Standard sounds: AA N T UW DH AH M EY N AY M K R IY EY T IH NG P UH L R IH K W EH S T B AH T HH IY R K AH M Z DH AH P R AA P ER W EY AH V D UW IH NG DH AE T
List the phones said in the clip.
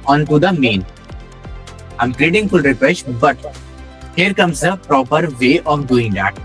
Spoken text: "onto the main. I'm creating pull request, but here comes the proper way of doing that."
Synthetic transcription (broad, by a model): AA N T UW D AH M EY N AY M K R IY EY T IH NG F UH L R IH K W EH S B AH T HH IY R K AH M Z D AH P R AA P ER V EY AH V D UW IH NG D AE T